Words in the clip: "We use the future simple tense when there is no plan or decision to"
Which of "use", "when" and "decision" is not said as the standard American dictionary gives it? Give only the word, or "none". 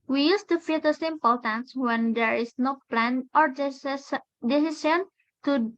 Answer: decision